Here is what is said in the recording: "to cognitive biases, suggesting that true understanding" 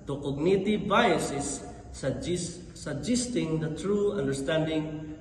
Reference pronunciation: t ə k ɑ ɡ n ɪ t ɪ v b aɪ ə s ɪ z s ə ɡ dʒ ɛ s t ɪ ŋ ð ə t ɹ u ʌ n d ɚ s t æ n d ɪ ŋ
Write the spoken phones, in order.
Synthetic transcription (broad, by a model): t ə k ɑ ɡ n ɪ t ɪ v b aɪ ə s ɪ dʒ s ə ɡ dʒ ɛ s t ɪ ŋ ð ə t ɹ u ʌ n d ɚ s t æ n d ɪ ŋ